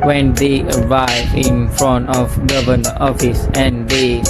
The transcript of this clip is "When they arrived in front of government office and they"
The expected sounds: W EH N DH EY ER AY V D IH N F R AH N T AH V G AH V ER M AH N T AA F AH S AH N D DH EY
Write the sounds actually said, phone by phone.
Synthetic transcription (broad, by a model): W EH N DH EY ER AY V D IH N F R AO N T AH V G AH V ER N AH T AA F AH S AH N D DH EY